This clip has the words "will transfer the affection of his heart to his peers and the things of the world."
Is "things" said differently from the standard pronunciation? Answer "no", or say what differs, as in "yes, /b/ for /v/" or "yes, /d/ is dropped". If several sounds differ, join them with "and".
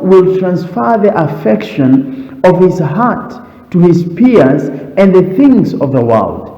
no